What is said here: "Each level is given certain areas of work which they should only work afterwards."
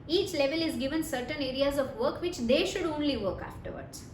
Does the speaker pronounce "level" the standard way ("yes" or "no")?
yes